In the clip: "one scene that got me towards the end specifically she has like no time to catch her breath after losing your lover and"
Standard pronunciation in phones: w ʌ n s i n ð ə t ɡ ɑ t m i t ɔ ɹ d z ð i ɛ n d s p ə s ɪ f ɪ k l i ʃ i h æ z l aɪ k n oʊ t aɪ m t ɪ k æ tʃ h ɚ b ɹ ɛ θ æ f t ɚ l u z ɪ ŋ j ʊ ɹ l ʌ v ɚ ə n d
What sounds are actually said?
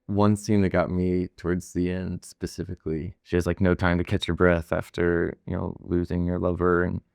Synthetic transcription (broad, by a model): w ʌ n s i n ð ə t ɡ ɑ t m i t ɔ ɹ d z ð i ɛ n d s p ə s ɪ f ɪ k l i ʃ i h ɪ z l aɪ k n oʊ t aɪ m t ɪ k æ tʃ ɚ b ɹ ɛ θ æ f t ɚ l u z ɪ ŋ j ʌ ɹ l ʌ v ɚ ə n